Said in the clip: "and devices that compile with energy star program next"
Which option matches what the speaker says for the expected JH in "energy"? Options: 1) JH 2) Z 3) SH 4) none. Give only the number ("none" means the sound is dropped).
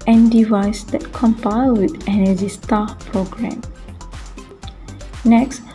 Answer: 2